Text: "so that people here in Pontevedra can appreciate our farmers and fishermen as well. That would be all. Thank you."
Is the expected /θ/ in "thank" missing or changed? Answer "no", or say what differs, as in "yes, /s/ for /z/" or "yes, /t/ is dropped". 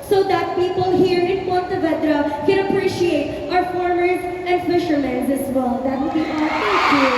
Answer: yes, /t/ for /θ/